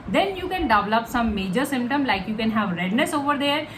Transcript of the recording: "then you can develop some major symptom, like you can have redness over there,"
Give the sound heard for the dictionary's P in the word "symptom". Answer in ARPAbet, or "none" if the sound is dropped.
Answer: P